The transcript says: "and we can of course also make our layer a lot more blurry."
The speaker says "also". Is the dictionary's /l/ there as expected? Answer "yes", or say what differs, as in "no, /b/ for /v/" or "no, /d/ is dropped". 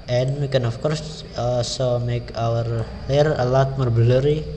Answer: no, /l/ is dropped